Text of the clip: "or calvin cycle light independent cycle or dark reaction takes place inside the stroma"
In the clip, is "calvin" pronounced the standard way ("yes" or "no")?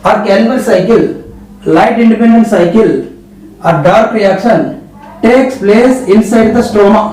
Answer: no